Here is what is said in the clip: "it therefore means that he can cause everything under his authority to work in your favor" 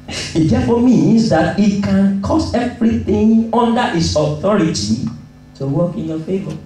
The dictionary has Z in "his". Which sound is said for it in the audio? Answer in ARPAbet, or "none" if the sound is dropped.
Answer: S